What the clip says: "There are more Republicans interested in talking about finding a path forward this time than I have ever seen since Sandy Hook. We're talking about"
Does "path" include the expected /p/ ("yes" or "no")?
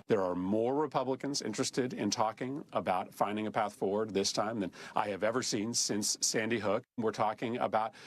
yes